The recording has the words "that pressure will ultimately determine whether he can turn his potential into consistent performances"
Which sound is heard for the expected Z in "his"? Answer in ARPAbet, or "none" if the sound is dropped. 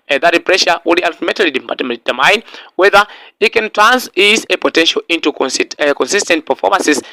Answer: S